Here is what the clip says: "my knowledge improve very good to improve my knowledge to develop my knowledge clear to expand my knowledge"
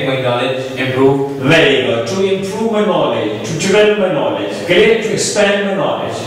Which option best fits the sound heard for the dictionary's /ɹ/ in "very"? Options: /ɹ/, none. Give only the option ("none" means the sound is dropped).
none